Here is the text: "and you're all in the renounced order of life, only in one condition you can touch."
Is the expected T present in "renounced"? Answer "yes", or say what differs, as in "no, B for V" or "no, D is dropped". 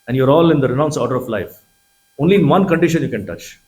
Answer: no, T is dropped